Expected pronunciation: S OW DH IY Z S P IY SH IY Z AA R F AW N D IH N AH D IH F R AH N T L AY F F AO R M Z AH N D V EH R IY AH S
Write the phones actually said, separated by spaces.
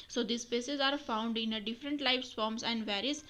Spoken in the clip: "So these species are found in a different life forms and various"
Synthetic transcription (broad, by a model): S OW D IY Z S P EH S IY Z AA R F AW N D IH N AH D IH F R AH N T L AY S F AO R M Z AH N D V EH R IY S